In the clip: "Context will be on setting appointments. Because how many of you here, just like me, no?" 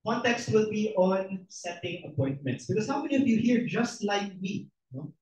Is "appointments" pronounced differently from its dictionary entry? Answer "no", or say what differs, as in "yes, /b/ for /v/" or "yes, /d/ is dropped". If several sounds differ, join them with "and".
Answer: no